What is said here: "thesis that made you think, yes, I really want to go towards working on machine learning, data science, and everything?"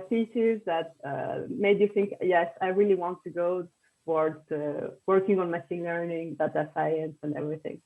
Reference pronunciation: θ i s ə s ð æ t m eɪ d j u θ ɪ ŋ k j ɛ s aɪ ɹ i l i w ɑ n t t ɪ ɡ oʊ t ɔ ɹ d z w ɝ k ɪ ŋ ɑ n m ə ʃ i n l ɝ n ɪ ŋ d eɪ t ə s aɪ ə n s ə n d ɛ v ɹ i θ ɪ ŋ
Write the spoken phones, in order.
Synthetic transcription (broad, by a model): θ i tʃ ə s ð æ t m eɪ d j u θ ɪ ŋ k j ɛ s aɪ ɹ i l i w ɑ n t t ɪ ɡ oʊ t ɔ ɹ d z w ɝ k ɪ ŋ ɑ n m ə s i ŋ l ɝ n ɪ ŋ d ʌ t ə s aɪ ə n s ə n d ɛ v ɹ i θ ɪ ŋ